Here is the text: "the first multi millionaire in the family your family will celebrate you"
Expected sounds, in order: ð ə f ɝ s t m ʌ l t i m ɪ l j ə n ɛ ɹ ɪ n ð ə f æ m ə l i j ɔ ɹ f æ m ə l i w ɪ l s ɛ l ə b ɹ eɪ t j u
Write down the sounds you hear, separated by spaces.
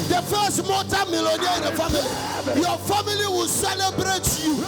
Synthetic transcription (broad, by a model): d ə f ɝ s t m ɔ t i m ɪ l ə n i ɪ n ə f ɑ m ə l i j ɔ f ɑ m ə l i w ɪ l s ɛ l ə b ɹ eɪ t j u